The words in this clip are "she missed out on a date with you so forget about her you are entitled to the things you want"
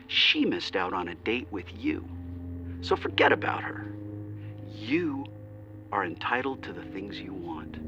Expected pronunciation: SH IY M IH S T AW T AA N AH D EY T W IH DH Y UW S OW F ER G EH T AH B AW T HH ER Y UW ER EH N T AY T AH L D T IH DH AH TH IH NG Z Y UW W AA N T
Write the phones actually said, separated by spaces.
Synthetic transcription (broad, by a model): SH IY M IH S T AW T N AH D EY T W IH DH Y UW S OW F ER G EH T AH B AW T HH ER Y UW ER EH N T AY T L D T IH DH AH TH IH NG Z Y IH W AA N T